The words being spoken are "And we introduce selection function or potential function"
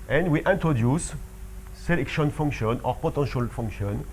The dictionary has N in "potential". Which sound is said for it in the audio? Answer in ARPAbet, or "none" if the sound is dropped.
none